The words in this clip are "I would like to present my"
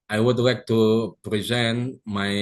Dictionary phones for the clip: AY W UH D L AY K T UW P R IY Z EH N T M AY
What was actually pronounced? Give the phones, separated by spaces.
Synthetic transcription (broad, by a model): AY W UH D L AY K T UW P R IY Z EH N T M AY